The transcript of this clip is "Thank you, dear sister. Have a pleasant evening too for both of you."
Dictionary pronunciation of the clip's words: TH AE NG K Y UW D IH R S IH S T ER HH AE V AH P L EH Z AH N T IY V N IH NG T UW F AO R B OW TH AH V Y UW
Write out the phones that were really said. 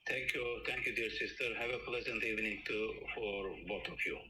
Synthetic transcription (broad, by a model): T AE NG K Y UW D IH R S IH S T ER HH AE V AH P L EH Z AH N T IY V N IH NG T UW F AO R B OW T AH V Y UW